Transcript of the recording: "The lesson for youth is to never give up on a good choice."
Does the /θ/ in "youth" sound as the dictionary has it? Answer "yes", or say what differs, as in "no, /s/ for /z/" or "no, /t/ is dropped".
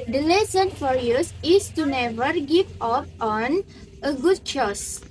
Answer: no, /s/ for /θ/